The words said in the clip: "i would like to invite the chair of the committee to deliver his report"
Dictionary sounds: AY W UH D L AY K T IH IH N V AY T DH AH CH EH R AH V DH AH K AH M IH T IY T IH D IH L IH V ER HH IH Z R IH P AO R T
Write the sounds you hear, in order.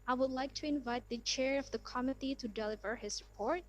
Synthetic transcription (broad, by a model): AY W UH D L AY K T IH IH N V AY T DH AH CH EH R AH V DH AH K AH M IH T IY T IH D IH L IH V ER HH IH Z R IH P AO R T